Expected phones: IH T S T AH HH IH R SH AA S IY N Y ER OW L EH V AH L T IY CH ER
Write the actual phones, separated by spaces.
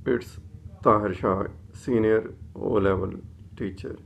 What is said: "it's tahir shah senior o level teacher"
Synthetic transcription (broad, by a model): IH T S T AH HH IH R SH AA S IY N Y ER OW L EH V AH L T IY CH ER